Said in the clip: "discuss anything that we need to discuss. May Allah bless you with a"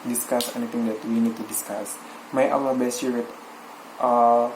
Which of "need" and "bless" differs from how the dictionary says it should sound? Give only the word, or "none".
bless